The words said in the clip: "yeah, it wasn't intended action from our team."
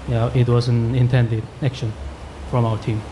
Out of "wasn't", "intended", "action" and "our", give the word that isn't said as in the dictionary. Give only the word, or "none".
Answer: wasn't